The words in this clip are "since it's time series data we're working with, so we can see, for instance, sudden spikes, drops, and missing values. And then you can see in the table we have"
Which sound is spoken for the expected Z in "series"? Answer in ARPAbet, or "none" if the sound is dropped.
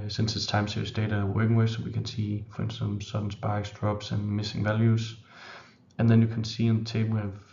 S